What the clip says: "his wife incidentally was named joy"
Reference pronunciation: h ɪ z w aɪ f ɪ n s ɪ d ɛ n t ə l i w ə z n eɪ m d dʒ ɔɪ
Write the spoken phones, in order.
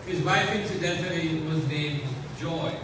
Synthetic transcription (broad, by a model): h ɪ z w aɪ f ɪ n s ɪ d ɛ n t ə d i w ə z n eɪ m d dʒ ɔɪ